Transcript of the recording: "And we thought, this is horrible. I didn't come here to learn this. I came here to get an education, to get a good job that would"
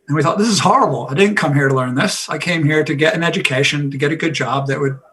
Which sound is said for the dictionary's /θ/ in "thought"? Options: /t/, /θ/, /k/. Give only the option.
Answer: /θ/